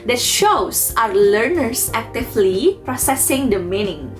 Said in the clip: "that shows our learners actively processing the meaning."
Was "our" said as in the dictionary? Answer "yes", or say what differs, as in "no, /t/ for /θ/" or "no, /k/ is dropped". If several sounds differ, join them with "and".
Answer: yes